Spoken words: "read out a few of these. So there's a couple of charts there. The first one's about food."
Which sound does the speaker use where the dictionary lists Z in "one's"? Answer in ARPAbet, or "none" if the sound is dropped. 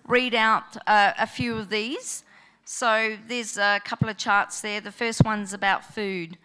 Z